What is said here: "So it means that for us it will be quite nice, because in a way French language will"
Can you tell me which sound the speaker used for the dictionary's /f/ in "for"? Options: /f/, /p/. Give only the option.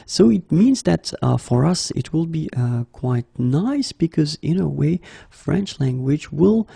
/f/